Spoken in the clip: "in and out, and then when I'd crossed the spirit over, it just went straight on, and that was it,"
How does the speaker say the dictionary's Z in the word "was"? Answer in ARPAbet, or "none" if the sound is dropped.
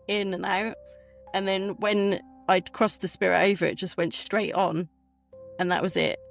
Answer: Z